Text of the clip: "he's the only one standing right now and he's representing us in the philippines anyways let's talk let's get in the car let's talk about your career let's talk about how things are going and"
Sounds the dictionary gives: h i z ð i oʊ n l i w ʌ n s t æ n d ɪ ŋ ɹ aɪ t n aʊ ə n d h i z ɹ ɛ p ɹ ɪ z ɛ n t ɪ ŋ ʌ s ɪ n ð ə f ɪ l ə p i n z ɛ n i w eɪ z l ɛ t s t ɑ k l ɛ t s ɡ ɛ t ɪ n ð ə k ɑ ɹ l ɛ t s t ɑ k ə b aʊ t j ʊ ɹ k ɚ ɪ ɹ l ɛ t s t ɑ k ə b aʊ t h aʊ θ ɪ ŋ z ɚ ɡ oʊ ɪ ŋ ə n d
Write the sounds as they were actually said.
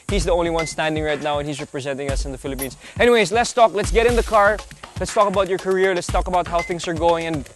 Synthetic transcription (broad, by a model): h i z ð i oʊ n l i w ʌ n s t æ n d ɪ ŋ ɹ aɪ t n aʊ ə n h i z ɹ ɛ p ɹ ɪ z ɛ n t ɪ ŋ ʌ s ɪ n ð ə f ɪ l ə p i n z ɛ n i w eɪ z l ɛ t s t ɑ k l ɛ t s ɡ ɛ t ɪ n ð ə k ɑ ɹ l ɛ t s t ɑ k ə b aʊ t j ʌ ɹ k ɚ ɪ ɹ l ɛ t s t ɑ k ə b aʊ t h aʊ θ ɪ ŋ z ɚ ɡ oʊ ɪ ŋ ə n